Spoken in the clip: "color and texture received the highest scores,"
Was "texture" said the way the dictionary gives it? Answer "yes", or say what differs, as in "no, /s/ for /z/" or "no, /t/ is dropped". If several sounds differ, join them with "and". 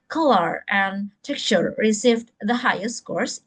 no, /s/ is dropped